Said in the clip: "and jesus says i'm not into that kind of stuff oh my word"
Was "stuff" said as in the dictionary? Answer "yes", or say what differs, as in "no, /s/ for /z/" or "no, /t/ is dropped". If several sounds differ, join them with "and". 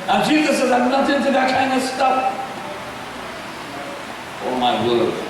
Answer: no, /p/ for /f/